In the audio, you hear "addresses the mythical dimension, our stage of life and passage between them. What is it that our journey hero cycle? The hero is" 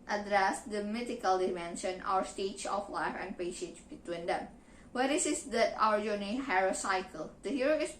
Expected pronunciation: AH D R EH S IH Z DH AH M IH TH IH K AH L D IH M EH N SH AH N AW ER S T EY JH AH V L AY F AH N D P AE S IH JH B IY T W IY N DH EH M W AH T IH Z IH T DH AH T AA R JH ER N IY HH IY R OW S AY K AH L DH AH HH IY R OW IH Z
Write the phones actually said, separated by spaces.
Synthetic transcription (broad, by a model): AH D R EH S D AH M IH T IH K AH L D IH M EH N SH AH N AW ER S T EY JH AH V L AY F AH N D P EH SH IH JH B IY T W IY N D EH M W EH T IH S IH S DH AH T AA R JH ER N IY HH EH R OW S AY K AH L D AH HH IY R OW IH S